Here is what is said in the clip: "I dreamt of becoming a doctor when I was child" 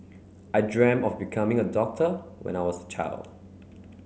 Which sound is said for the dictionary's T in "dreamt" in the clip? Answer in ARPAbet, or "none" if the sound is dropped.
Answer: none